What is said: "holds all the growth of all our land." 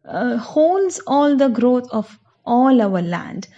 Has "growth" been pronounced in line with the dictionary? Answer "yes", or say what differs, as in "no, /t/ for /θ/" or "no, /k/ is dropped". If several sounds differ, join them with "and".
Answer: no, /t/ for /θ/